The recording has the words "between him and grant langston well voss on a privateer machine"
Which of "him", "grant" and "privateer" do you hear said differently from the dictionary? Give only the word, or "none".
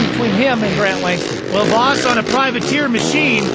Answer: none